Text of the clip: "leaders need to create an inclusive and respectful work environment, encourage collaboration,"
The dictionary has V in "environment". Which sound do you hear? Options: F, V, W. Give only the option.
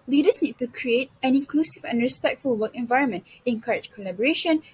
V